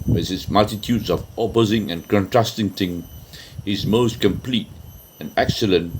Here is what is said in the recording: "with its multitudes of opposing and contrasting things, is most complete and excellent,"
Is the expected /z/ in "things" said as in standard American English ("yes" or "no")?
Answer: no